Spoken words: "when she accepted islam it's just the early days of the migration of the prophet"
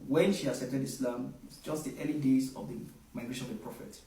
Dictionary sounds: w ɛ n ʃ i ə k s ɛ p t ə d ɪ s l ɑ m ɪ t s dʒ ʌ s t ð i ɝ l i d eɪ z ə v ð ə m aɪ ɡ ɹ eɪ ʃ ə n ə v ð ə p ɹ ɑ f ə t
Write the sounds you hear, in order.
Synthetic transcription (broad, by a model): w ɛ n ʃ i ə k s ɛ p t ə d ɪ s l ɑ m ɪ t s dʒ ʌ s t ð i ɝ l i d eɪ z ə v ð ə m aɪ ɡ ɹ eɪ ʃ ə n ə v ð ə p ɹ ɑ f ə t